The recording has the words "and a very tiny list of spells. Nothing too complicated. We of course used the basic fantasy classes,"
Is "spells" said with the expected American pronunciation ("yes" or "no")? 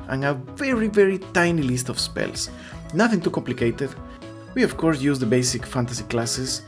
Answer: no